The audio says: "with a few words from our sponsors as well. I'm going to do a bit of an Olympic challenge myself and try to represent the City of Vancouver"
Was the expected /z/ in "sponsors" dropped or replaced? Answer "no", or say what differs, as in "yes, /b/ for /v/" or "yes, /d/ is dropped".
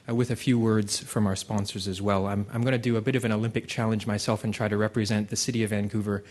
no